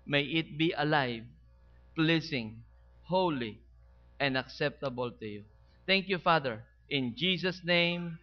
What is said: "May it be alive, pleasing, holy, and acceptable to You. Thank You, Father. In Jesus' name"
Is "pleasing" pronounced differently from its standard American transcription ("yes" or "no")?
yes